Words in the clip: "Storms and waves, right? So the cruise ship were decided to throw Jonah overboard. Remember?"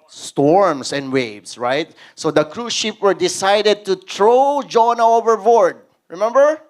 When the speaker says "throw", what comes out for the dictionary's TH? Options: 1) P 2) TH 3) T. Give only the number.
3